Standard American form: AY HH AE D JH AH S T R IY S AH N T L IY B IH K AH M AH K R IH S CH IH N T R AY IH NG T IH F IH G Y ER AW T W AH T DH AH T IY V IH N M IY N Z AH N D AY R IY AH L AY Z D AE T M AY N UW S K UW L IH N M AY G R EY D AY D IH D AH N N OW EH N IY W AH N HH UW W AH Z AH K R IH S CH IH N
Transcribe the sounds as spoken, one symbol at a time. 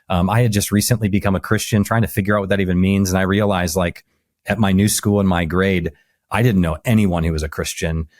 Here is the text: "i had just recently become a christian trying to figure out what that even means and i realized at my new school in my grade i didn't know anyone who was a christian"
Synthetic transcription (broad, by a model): AY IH D JH AH S T R IY S AH N T L IY B IH K AH M AH K R IH S CH IH N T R AY IH NG T IH F IH G Y ER AW T W AH T DH AH T IY V IH N M IY N Z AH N AY R IY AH L AY Z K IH T M AY N UW S K UW L IH N M AY G R EY D AY D IH D N N OW EH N IY W AH N HH UW W AH Z AH K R IH S CH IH N